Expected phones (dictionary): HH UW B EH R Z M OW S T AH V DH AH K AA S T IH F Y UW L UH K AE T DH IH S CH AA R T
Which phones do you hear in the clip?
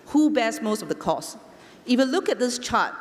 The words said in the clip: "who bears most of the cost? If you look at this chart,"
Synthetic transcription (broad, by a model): HH UW B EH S M OW S T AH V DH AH K AA S IH F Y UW L UH K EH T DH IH S CH AA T